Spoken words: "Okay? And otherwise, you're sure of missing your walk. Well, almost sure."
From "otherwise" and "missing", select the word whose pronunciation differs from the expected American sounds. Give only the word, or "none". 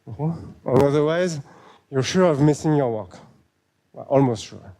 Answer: none